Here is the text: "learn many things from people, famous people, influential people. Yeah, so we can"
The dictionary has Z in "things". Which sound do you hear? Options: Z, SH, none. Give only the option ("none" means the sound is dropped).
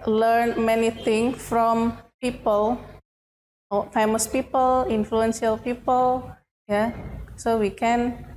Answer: none